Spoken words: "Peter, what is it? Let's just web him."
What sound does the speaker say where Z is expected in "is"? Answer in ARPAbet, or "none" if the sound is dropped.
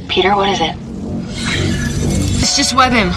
Z